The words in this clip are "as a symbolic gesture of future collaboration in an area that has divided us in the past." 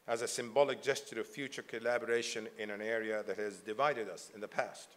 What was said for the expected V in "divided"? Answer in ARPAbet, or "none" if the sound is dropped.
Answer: V